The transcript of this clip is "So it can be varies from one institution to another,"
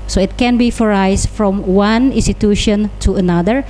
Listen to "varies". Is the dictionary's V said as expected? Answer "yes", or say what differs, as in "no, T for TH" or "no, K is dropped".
no, F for V